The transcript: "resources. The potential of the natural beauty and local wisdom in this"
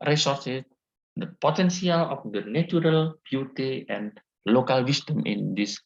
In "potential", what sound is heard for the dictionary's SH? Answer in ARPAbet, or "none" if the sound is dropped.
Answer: S